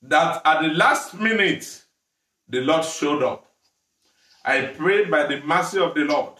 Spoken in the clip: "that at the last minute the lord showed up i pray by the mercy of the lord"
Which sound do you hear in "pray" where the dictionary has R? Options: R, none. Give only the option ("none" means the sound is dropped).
R